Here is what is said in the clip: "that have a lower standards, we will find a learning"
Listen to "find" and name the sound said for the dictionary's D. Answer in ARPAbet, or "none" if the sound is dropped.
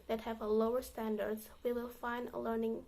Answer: D